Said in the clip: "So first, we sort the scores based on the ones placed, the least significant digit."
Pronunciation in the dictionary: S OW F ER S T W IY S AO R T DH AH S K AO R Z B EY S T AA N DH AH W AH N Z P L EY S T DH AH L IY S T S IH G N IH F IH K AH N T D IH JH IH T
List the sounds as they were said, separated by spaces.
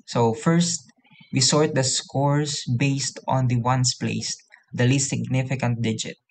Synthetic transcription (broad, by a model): S OW F ER S T W IY S AO R T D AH S K AO R S B EY S T AA N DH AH W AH N S P L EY S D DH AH L IY S T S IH G N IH F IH K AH N T D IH JH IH T